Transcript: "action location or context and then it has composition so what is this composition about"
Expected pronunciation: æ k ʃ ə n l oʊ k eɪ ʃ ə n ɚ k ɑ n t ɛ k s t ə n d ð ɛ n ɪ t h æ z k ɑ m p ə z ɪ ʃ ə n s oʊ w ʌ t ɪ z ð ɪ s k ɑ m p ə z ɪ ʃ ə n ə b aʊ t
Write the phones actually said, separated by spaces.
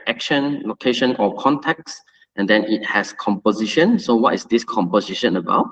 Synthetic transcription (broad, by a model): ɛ k ʃ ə n l oʊ k eɪ ʃ ə n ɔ k ɑ n t ɛ k s t ə n d ɛ n ɪ t h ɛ s k ɑ m p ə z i ʃ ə n s oʊ w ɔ t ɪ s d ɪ s k ɑ m p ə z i ʃ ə n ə b aʊ t